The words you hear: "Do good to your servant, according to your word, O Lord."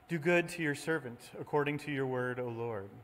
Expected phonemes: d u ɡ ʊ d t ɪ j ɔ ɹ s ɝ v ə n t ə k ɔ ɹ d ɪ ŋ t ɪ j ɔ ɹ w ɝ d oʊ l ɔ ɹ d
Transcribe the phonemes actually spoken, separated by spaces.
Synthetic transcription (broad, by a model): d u ɡ ʊ d t ɪ j ɔ ɹ s ɝ v ə n t ə k ɔ ɹ d ɪ ŋ t ɪ j ɔ ɹ w ɝ d oʊ l ɔ ɹ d